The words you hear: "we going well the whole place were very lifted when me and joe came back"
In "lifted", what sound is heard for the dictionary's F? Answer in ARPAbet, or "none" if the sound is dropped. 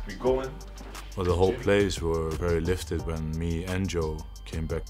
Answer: F